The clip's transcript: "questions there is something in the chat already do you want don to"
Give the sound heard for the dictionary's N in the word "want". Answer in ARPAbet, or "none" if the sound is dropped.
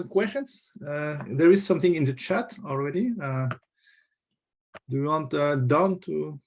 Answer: N